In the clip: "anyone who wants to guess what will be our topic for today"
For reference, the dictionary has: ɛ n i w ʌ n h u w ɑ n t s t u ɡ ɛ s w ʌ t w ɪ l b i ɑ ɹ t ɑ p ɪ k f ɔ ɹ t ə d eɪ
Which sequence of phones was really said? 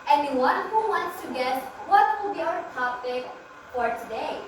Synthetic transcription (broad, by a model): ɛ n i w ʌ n h u w ɑ n t s t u ɡ ɛ s w ʌ t w ɪ l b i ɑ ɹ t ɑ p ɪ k f ɔ ɹ t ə d eɪ